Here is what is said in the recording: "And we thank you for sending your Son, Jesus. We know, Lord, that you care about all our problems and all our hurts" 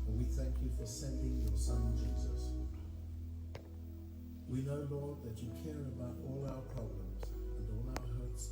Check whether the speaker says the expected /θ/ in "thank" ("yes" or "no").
yes